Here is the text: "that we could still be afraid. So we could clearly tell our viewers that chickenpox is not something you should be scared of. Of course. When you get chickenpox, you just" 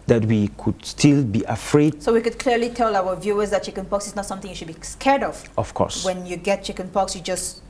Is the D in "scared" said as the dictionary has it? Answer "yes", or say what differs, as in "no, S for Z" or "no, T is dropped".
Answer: yes